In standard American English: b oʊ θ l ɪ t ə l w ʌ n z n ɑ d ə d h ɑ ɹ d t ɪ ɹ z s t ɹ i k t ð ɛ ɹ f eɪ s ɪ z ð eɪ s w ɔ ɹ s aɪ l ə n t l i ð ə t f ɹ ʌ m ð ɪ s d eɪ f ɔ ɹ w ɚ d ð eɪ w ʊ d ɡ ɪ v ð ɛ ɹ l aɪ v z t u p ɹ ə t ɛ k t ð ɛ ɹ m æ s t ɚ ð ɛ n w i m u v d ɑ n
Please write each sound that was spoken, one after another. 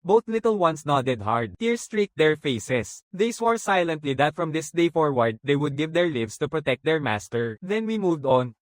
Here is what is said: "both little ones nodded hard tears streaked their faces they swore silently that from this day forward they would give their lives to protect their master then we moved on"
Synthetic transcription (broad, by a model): b oʊ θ l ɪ t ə l w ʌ n s n ɑ d ə d h ɑ ɹ d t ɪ ɹ s t ɹ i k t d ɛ ɹ f eɪ s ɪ s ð eɪ s w ɔ ɹ s aɪ l ə n t l i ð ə t f ɹ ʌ m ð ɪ s d eɪ f ɔ ɹ w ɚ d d eɪ w ʊ d ɡ ɪ v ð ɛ ɹ l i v s t u p ɹ ə t ɛ k t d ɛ ɹ m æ s t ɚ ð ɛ n w i m u v d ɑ n